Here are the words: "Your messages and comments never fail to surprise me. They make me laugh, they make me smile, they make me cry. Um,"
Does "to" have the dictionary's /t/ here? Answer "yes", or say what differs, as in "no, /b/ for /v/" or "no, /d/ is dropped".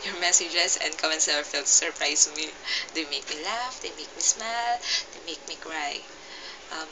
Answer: no, /s/ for /t/